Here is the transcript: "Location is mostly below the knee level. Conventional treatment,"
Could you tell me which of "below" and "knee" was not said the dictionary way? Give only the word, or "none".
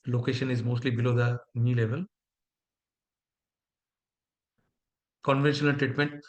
none